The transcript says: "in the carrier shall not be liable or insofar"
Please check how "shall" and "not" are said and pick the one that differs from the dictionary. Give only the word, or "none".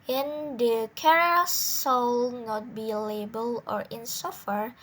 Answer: shall